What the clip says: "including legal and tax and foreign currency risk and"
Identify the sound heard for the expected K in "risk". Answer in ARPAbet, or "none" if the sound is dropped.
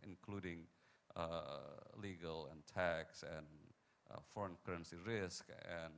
K